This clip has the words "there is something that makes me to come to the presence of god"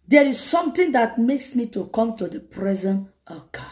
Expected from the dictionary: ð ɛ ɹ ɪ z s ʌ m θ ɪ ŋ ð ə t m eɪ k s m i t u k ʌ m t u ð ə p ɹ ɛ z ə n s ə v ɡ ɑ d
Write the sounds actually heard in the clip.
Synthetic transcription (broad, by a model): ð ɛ ɹ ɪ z s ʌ m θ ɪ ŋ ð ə t m eɪ k s m i t u k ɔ m t u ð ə p ɹ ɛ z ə n ə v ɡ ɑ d